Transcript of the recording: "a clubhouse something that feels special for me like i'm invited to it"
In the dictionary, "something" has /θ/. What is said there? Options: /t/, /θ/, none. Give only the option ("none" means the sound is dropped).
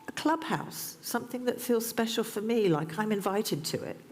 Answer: /θ/